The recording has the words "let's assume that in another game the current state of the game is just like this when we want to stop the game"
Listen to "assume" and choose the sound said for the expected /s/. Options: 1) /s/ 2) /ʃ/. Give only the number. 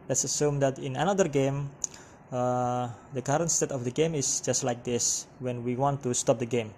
1